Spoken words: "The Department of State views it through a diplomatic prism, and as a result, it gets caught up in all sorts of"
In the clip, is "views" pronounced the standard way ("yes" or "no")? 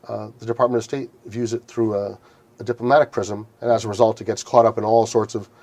yes